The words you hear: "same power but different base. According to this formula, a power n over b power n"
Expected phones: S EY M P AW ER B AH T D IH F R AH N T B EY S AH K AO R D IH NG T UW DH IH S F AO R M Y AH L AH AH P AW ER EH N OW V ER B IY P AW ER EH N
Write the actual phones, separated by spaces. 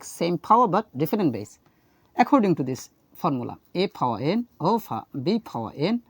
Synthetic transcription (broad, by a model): S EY M P AW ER B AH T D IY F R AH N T B EY S AH K AO R D IH NG T UW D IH S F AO R M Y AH L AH AH P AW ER EH N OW P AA B IY P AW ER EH N